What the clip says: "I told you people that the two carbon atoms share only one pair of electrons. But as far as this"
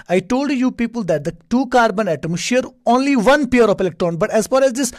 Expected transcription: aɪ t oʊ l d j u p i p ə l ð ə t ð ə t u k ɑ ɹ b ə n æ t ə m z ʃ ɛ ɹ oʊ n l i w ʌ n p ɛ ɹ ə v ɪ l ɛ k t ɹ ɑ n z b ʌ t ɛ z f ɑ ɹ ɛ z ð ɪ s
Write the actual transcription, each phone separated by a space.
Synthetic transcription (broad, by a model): aɪ t oʊ l d j u p i p ə l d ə t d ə t u k ɑ ɹ b ə n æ t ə m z ʃ ɛ ɹ oʊ n l i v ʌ n p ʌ ɹ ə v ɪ l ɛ k t ɹ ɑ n b ʌ t ɛ z f ɑ ɹ ɛ z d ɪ s